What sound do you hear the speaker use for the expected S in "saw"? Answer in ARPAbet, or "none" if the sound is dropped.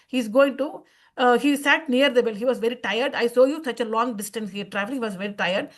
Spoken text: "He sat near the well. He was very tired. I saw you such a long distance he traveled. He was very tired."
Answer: S